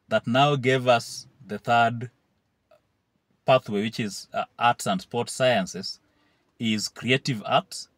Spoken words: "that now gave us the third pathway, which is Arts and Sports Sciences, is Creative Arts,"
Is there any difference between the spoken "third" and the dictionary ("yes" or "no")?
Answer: no